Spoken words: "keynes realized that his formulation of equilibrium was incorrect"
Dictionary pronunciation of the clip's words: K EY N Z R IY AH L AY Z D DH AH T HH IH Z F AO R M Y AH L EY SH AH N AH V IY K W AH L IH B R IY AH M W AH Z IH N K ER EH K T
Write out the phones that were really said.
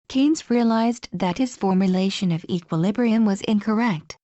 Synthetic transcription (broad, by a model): K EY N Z R IY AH L AY Z DH AH T HH IH Z F AO R M Y AH L EY SH AH N AH V IY K W AH L IH B R IY AH M W AH Z IH N K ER EH K T